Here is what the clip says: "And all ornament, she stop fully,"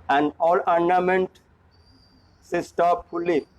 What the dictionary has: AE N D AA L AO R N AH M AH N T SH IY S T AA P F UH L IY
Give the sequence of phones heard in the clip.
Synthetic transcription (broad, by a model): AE N D AA L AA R N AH M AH N T S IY S T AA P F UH L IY